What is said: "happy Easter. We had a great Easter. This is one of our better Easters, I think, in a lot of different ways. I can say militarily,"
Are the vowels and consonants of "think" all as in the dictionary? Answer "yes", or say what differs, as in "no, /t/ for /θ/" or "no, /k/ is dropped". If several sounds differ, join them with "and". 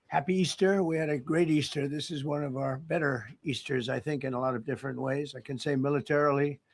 yes